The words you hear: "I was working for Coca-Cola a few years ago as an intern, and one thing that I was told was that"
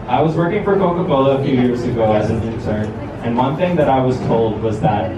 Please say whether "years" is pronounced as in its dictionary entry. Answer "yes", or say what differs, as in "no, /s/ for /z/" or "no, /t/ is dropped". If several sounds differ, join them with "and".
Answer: yes